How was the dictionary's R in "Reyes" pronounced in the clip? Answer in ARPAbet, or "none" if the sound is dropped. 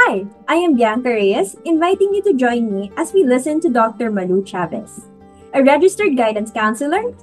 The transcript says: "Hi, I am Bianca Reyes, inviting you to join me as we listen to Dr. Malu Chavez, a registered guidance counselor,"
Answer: R